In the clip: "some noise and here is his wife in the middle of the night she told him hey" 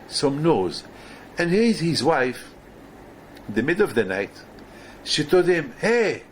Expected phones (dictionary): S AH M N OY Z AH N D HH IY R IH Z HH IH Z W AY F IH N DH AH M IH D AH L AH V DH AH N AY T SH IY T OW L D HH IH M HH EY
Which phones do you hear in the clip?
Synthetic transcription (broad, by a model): S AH M N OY Z AH N D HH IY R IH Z HH IH Z W AY F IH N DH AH M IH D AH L AH V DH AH N AY T SH IY T OW L D HH IH M HH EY